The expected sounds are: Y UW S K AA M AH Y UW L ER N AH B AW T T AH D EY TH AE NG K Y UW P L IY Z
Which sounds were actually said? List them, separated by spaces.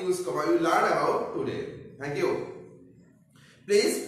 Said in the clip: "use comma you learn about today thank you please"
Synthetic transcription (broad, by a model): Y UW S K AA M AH Y UW L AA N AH AW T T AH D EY T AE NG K Y UW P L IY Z